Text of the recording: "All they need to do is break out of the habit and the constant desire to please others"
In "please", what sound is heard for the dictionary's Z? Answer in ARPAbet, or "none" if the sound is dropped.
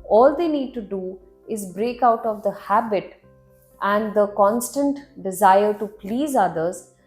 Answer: Z